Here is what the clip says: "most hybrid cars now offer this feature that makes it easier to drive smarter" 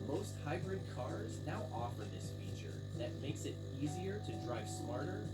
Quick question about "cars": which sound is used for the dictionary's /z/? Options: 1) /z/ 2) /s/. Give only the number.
1